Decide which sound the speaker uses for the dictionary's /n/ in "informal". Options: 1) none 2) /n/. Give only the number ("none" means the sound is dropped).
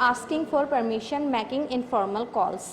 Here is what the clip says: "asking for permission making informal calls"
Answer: 2